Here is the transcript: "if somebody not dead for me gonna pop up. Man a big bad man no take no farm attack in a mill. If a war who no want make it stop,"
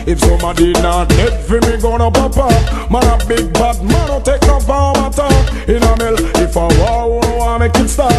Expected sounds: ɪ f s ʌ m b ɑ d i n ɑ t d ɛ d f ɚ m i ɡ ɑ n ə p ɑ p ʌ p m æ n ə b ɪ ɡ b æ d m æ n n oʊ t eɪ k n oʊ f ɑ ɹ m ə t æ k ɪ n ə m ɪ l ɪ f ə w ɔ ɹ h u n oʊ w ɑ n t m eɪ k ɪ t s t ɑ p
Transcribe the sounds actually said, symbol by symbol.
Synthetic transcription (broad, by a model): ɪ f s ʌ m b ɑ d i n ɑ t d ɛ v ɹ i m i ɡ ɑ n ə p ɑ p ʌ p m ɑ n ə b ɪ ɡ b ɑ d m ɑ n n oʊ t eɪ k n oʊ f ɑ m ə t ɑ ɪ n ə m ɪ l ɪ f ə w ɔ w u n oʊ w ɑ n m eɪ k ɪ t s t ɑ